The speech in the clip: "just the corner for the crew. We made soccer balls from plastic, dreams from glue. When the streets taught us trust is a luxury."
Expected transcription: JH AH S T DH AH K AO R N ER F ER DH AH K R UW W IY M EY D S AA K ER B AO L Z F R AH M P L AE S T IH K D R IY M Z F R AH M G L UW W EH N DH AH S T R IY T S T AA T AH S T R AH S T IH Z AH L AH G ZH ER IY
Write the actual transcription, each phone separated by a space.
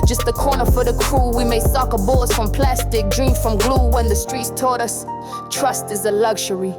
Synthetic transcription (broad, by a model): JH AH S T DH AH K AO R N ER F ER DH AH K R UW W IY M EY S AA K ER B AO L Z F R AH M P L AE S T IH K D R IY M F R AH M G L UW W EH N DH AH S T R IY T S T AA T AH S T R AH S T IH Z AH L AH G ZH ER IY